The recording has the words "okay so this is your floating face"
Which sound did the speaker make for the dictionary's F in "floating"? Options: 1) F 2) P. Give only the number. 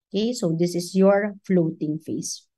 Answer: 1